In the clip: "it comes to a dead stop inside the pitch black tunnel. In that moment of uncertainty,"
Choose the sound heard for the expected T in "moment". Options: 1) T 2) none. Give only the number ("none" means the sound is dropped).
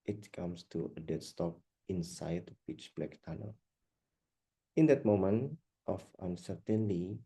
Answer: 1